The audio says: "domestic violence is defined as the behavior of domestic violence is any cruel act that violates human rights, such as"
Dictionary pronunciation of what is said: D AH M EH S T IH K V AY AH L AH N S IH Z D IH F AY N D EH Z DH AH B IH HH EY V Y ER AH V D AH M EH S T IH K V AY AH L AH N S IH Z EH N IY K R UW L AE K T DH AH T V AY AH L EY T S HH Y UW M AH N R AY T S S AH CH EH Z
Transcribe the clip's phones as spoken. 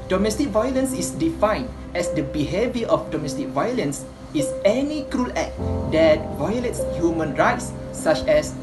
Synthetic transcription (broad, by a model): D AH M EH S T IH K V AY AH L AH N S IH S D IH F AY N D EH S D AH B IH HH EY V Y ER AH F D AH M EH S T IH K V AY AH L AH N S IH S EH N IY K R UW L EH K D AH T V AY AH L EY T S HH Y UW M AH N R AY T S S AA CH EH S